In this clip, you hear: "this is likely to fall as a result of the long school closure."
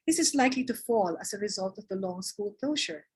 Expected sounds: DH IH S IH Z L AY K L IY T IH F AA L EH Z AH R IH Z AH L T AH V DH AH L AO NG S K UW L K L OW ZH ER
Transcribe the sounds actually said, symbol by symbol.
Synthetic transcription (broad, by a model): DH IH S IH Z L AY K L IY T IH F AA L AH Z AH R IH Z AH L T AH V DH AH L AO NG S K UW L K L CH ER